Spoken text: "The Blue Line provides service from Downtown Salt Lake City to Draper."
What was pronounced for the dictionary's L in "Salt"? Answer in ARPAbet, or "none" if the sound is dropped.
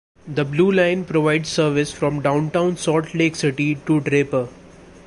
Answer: none